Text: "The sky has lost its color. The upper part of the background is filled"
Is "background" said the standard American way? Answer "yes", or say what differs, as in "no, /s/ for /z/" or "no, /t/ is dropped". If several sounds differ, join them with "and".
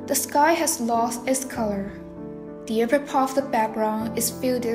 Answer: no, /d/ is dropped